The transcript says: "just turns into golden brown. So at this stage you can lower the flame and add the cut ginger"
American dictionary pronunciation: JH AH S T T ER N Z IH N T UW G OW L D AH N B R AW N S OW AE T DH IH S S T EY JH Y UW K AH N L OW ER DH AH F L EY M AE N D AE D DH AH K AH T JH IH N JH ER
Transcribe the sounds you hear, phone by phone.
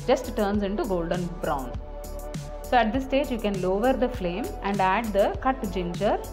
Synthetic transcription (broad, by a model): JH AH S T T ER N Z IH N T UW G OW L D AH N B R AW N S OW AE T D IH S S T EY JH Y UW K AH N L OW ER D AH F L EY M AE N D AE D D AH K AH T JH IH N JH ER